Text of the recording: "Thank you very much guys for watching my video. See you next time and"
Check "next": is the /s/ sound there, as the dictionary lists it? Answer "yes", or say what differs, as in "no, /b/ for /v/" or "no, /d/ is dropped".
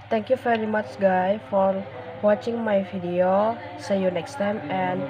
yes